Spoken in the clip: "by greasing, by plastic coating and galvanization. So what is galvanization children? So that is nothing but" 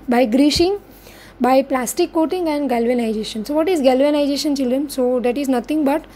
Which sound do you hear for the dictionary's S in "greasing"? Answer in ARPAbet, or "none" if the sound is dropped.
SH